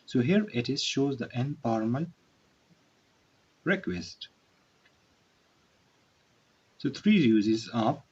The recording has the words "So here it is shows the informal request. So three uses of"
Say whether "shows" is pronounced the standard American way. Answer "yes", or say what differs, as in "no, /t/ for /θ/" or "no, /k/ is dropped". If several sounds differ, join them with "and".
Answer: yes